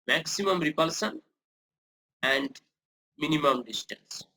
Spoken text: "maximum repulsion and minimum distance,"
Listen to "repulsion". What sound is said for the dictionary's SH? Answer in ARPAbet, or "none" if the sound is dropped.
S